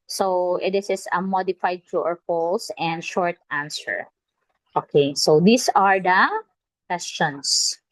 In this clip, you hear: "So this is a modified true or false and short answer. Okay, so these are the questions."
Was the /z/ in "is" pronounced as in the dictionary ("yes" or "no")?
no